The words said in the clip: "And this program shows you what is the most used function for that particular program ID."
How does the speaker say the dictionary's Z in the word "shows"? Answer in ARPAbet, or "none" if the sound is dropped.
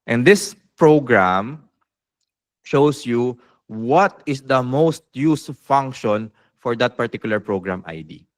S